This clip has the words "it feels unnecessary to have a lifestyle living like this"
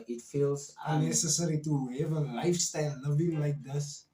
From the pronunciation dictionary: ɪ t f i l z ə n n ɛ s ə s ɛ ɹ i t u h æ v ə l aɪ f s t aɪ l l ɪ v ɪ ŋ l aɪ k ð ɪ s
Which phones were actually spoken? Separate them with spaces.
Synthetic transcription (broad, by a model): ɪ t f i l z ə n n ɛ s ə s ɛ ɹ i t u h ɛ v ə l aɪ f s t aɪ l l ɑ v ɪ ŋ l aɪ k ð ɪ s